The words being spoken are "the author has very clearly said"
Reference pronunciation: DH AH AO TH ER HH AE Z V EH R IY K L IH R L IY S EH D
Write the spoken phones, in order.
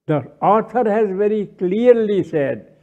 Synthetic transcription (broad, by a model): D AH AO T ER HH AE Z V EH R IY K L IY R L IY S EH D